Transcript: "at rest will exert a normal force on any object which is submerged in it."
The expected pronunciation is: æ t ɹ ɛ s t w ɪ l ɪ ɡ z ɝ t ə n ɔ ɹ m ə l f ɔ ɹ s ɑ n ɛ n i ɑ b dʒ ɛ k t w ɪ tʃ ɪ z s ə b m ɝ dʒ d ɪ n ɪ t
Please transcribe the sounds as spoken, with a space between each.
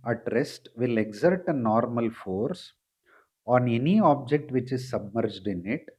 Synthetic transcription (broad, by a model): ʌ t ɹ ɛ s t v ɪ l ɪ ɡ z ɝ t ə n ɔ ɹ m ə l f ɔ ɹ s ɑ n ɛ n i ɑ b dʒ ɛ k t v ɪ tʃ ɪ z s ə b m ɝ dʒ d ɪ n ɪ t